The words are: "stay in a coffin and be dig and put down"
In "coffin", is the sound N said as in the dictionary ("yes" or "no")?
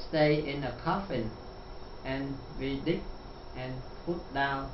yes